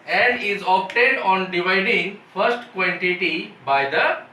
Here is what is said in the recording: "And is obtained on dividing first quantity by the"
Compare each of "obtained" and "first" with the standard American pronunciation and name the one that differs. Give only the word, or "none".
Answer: obtained